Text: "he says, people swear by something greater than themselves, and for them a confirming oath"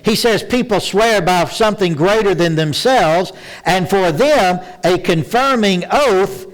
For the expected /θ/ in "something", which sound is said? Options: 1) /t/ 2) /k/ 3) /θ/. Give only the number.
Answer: 3